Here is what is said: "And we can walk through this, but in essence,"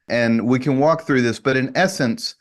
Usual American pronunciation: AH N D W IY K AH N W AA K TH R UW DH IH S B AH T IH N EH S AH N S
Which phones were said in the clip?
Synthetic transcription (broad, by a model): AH N W IY K AH N W AA K TH R UW DH IH S B AH T IH N EH S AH N S